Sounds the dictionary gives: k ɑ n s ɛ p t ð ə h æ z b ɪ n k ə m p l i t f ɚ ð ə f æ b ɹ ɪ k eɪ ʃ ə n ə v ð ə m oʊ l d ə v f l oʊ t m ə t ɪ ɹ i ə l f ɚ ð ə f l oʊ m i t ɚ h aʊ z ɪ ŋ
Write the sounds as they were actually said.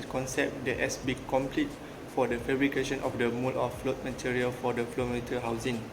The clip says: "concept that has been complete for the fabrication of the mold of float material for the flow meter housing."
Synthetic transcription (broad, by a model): k ɑ n s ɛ p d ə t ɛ s b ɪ k ə m p l i t f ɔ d ə f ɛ b ɹ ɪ k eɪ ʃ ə n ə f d ə m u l ə f f l oʊ t m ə t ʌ ɹ i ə l f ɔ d ə f l oʊ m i t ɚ h aʊ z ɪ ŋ